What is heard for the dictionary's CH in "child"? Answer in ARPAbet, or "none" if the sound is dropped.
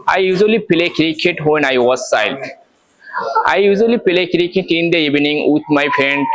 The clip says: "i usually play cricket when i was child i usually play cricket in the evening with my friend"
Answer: S